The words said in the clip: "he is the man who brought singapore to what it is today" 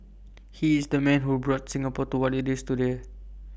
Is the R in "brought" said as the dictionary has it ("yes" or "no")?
yes